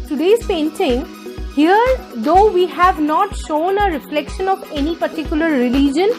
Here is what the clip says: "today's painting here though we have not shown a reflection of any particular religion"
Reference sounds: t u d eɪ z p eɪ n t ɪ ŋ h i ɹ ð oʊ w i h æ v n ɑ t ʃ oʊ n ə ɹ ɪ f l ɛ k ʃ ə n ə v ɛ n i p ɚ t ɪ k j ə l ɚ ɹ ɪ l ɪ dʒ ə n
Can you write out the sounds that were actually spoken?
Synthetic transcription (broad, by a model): t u d eɪ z p eɪ n t ɪ ŋ h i ɹ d oʊ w i h æ v n ɑ t ʃ oʊ n ə ɹ ɪ f l ɛ k ʃ ə n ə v ɛ n i p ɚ t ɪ k j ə l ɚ ɹ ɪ l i dʒ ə n